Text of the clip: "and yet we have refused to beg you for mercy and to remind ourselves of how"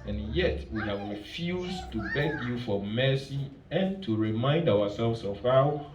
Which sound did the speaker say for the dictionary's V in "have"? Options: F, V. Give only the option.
V